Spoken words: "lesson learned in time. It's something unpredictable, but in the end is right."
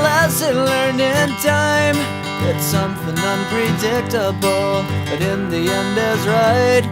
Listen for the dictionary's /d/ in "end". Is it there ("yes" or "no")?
yes